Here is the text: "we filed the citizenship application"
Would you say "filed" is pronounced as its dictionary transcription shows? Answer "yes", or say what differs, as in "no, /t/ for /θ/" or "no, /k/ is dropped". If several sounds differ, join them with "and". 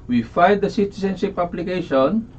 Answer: no, /l/ is dropped